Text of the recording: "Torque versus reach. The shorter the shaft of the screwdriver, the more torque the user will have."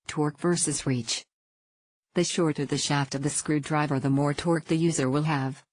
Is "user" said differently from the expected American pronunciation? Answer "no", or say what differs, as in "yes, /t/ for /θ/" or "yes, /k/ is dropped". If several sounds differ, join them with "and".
no